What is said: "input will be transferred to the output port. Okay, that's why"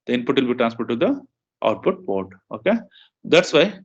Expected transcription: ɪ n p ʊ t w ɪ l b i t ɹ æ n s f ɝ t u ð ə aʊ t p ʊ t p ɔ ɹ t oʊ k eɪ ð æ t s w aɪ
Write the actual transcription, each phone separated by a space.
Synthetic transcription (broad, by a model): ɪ n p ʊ t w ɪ l b i t ɹ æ n s p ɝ t u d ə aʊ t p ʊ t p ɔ ɹ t oʊ k eɪ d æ t s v aɪ